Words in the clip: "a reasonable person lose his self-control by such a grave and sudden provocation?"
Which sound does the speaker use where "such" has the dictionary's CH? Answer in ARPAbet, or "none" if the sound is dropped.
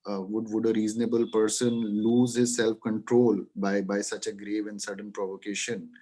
CH